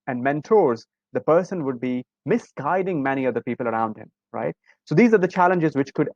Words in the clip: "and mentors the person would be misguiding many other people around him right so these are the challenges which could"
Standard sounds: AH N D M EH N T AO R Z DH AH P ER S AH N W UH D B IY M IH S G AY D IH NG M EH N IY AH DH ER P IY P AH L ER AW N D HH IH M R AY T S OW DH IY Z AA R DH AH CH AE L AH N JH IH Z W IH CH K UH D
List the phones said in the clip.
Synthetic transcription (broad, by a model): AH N D M EH N T AO R Z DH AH P ER S AH N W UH D B IY M IH S G AY D IH NG M EH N IY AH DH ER P IY P AH L ER AW N D HH IH M R AY T S OW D IY Z AA R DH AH CH AE L AH N JH IH Z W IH CH K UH D